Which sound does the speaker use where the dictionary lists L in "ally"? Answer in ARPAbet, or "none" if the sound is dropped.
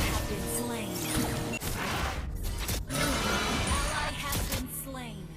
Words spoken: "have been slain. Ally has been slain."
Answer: N